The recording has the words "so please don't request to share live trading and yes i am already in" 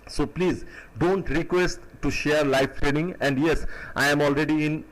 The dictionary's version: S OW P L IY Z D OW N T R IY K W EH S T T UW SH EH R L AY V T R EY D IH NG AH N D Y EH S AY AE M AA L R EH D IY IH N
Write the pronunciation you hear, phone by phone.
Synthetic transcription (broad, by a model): S OW P L IY Z D OW N T R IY K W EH S T T UW SH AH R L AY F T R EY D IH NG AH N D Y EH S AY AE M AA L R EH D IY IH N